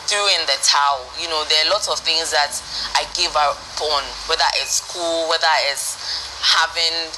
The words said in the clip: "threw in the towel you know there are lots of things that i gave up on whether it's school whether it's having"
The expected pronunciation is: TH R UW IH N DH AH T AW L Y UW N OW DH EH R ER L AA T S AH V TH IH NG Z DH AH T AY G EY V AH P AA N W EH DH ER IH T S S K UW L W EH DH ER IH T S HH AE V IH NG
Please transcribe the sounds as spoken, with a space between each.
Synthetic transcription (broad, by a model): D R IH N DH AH T AW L Y UW N OW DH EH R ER L AA T S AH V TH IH NG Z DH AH T AY G EY V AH B AA N W EH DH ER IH T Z S K UW L W EH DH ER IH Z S HH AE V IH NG